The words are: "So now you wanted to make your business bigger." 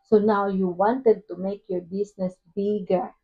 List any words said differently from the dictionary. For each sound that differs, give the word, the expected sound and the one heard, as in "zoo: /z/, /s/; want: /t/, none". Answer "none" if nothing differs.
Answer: business: /z/, /s/